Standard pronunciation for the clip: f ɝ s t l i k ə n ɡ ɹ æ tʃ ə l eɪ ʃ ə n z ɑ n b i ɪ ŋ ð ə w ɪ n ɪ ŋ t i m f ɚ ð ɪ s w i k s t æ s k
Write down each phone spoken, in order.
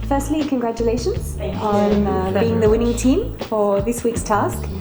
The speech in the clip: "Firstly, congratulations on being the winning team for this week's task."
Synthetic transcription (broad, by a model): f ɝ s t l i k ə n ɡ ɹ æ tʃ ə l eɪ ʃ ə n z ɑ n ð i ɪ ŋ ð ə w ɪ n ɪ ŋ t i m f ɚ ð ɪ s w i k s t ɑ s k